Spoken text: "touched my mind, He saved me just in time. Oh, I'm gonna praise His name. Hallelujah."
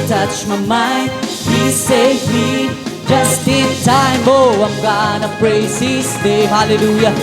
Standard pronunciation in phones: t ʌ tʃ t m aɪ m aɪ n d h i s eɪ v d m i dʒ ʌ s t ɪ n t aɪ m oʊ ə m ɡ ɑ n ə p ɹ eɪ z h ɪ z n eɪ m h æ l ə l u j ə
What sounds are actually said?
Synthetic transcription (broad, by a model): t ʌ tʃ m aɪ m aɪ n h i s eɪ f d dʒ ʌ s t ɪ n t aɪ m oʊ ə m ɡ ɑ n ə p ɹ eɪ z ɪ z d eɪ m h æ l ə l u j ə